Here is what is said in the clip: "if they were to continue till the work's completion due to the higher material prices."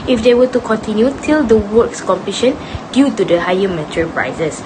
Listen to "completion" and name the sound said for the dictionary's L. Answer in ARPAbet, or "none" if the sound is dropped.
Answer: none